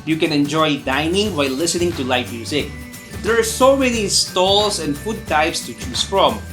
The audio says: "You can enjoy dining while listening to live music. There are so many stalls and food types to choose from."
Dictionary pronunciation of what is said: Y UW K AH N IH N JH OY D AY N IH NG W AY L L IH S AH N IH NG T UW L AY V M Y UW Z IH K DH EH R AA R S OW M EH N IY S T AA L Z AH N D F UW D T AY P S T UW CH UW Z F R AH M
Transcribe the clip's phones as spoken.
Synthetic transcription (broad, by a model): Y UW K AH N IH N JH OY D AY N IH NG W AY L L IH S AH N IH NG T UW L AY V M Y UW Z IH K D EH R AA R S OW M EH N IY S T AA L S AH N D F UW D T AY P S T UW CH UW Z F R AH M